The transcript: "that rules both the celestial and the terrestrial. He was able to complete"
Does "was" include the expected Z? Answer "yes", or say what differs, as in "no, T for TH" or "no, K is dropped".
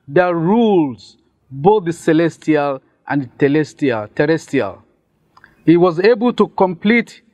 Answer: yes